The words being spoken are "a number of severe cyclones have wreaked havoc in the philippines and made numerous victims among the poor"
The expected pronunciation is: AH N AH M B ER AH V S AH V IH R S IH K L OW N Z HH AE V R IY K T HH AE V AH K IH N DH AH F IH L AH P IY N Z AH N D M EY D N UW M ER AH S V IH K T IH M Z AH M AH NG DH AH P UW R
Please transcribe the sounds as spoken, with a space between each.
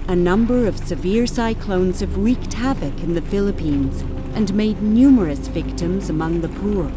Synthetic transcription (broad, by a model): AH N AH M B ER AH V S AH V IH R S IH K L OW N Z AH V R IY K T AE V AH K IH N DH AH F IH L AH P IY N Z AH N M EY D N UW M ER AH S V IH K T IH M Z AH M AH NG DH AH P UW R